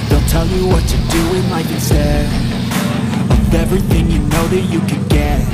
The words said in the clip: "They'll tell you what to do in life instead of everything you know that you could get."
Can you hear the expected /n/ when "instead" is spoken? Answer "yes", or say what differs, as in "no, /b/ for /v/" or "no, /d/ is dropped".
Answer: no, /n/ is dropped